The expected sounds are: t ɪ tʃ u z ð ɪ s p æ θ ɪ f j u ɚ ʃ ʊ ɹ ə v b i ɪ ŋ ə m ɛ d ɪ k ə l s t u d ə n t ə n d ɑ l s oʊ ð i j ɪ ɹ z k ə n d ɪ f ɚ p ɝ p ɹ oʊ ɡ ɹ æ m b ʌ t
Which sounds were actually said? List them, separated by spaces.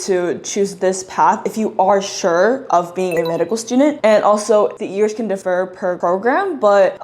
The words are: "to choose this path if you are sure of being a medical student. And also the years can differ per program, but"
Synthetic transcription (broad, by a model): t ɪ tʃ u z ð ɪ s p æ θ ɪ f j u ɚ ʃ ʊ ɹ ə v b i ɪ ŋ ə m ɛ d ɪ k l s t u d n t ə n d ɑ l s oʊ ð i j ɪ ɹ z k ə n d ɪ f ɚ p ɝ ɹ oʊ ɡ ɹ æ m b ʌ t